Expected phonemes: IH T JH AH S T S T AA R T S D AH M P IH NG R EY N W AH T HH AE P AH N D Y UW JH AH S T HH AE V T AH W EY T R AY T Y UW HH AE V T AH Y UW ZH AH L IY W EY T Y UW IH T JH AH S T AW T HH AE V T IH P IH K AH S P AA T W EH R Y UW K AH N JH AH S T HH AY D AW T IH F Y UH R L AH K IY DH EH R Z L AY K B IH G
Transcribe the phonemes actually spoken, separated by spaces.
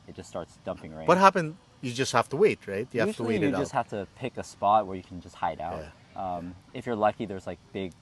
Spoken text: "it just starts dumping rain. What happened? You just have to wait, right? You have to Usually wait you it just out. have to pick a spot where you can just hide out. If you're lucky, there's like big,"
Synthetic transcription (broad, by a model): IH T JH AH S S T AA R T S D AH M P IH NG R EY W AH T HH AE P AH N Y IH JH AH S T HH AE F T AH W EY T R AY T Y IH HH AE F T AH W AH IY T IH T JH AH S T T HH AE F T IH P IH K AH S P AA T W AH R Y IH K N JH AH S T HH AY D AW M IH F Y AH R L AH K IY DH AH R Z L AY K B IH G